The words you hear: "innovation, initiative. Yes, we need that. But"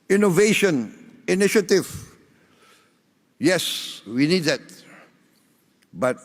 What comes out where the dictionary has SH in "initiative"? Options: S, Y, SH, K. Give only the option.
SH